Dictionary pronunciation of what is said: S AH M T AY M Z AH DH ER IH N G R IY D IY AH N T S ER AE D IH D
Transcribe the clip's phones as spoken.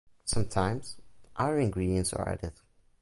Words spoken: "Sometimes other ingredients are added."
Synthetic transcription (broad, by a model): S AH M T AY M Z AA ER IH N G R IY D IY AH N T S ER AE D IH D